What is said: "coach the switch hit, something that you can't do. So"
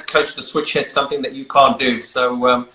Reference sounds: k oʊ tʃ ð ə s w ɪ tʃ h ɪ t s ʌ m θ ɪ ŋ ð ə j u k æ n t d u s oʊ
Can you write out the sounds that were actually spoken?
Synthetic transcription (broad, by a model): k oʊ tʃ ð ə s w ɪ tʃ h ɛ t s ʌ m θ ɪ ŋ ð ə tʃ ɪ k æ n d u s oʊ